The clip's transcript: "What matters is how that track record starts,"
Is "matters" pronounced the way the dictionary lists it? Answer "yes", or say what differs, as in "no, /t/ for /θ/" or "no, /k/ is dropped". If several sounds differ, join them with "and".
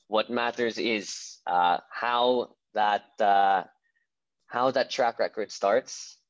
yes